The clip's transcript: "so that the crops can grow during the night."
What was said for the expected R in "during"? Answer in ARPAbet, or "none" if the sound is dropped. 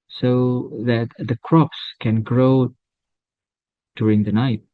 R